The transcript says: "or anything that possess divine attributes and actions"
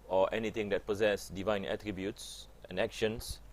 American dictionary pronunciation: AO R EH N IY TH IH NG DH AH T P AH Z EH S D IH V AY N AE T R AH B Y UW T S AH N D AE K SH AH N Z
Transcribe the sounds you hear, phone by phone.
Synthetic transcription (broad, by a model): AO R EH N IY T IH NG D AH T P AH Z EH S D IH V AY N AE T R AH B Y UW T S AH N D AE K SH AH N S